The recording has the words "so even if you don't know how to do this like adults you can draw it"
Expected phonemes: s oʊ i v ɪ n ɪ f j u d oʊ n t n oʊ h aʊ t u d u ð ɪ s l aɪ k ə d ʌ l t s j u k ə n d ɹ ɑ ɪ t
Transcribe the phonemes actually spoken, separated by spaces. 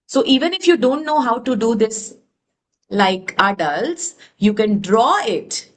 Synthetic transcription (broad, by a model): s oʊ i v ɪ n ɪ f j u d oʊ n t n oʊ h aʊ t u d u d ɪ s l aɪ k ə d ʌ l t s j u k ə n d ɹ ɑ ɪ t